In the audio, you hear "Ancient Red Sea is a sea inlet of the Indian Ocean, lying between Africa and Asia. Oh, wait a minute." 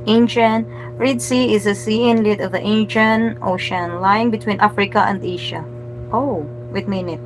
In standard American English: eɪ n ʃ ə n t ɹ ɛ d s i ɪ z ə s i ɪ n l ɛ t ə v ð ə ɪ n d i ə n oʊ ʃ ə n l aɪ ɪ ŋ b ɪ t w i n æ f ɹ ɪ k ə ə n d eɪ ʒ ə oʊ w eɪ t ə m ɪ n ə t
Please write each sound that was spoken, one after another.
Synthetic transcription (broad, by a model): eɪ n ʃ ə n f ɹ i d s i ɪ z ə s i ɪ n l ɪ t ə v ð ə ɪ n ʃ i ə n oʊ ʃ ə n l aɪ ɪ ŋ b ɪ t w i n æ f ɹ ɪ k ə ə n d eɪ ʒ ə oʊ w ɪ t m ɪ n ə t